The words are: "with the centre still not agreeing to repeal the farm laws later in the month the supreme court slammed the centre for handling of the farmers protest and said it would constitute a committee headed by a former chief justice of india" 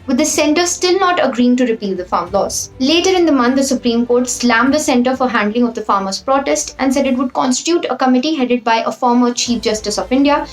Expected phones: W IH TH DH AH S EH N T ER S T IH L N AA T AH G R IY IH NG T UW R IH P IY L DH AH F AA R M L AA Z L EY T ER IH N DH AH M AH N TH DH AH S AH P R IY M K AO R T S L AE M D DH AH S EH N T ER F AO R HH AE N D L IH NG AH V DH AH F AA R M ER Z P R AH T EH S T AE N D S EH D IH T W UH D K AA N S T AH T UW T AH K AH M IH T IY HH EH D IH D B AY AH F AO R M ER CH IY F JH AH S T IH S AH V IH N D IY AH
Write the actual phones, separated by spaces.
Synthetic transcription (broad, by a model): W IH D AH S EH N T ER S T IH L N AA T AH G R IY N T UW R IH P IY L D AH F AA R M L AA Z L EY T ER IH N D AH M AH N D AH S AH P R IY M K AO R T S L AE M D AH S EH N T ER F AO R HH AE N D L IH NG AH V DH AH F AA R M ER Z P R AH T EH S T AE N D S EH D IH T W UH D K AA N S T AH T UW T AH K AH M IH T IY HH EH D IH D B AY AH F AO R M ER CH IY F JH AH S T IH S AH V IH N D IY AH